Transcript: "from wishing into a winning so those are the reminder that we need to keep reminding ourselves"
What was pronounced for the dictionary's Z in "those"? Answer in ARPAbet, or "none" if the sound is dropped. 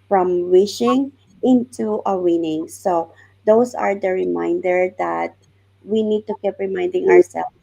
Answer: S